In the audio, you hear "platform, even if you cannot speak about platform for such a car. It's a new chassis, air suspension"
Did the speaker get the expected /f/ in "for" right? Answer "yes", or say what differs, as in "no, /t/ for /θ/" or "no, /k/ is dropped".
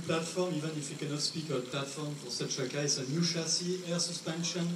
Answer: no, /p/ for /f/